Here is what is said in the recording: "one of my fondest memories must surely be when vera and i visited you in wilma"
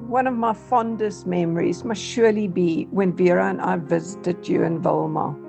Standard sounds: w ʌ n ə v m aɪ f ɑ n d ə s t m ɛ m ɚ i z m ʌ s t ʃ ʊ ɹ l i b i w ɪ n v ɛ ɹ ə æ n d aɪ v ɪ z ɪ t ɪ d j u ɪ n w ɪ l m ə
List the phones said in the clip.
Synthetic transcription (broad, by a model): w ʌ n ə v m aɪ f ɑ n d ə s t m ɛ m ɚ i z m ʌ s t ʃ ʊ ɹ l i b i w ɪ n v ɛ ɹ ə n aɪ v ɪ z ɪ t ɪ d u ɪ n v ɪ l m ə